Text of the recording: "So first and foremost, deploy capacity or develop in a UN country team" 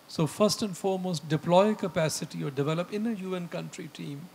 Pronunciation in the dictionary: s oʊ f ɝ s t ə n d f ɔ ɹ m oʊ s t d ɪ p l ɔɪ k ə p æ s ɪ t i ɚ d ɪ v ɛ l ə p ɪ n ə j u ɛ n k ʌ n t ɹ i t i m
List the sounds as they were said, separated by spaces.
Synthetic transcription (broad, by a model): s oʊ f ɝ s t ə n d f ɔ ɹ m oʊ s t d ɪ p l ɔɪ k ə p æ s ɪ t i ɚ d ɪ v ɛ l ə p ɪ n ə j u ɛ n k ʌ n t ɹ i t i m